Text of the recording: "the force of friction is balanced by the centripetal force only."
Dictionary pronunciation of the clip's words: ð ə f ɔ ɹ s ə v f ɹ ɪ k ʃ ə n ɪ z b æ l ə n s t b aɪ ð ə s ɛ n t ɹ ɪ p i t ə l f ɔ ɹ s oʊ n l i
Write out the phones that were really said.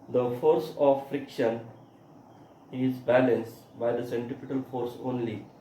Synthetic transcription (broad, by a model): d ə f ɔ ɹ s ə v f ɹ ɪ k ʃ ə n ɪ z b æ l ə n s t b aɪ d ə s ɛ n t ɪ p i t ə l f ɔ ɹ s oʊ n l i